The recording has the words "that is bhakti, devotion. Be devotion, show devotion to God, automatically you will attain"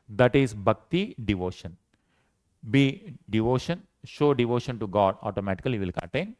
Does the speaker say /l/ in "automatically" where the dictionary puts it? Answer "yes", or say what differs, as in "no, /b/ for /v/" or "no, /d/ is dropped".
no, /l/ is dropped